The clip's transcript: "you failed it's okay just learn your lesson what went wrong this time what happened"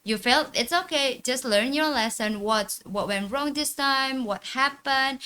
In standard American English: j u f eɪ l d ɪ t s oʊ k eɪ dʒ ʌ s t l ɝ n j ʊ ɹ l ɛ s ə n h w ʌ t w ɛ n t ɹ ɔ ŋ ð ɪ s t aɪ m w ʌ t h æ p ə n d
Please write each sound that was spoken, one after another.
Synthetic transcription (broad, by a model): j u f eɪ l ɪ t s oʊ k eɪ dʒ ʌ s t l ɝ n j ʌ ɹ l ɛ s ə n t w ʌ t w ɛ n t ɹ ɔ ŋ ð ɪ s t aɪ m w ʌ t h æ p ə n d